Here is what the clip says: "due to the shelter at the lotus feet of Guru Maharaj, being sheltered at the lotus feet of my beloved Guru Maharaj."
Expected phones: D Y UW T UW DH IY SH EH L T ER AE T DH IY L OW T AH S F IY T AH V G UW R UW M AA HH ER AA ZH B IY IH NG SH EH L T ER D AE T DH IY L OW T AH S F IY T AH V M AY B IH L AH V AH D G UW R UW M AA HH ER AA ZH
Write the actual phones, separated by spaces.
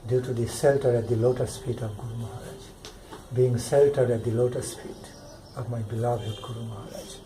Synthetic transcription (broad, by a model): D Y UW T UW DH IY S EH L T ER AE T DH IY L OW T AH S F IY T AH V G UW R UW M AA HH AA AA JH B IY IH NG S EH L T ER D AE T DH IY L OW T AH S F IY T AH V M AY B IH L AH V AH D G UW R UW M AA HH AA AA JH